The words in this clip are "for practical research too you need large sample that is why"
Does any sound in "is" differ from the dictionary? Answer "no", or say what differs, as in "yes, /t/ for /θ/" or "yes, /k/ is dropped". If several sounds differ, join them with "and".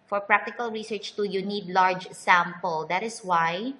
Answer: yes, /s/ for /z/